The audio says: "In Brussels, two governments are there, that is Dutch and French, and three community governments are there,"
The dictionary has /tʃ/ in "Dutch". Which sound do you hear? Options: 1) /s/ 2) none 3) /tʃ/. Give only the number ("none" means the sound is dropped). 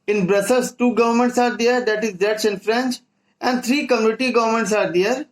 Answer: 1